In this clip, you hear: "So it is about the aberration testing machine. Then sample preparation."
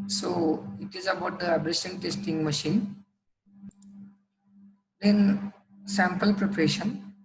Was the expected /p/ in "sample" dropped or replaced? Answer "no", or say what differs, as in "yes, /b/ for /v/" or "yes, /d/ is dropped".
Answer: no